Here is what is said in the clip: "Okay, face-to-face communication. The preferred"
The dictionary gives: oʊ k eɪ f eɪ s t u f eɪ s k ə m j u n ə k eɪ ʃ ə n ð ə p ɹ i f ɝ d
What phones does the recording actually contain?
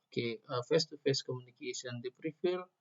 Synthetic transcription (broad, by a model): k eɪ f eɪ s t u f eɪ s k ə m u n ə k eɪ s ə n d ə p ɹ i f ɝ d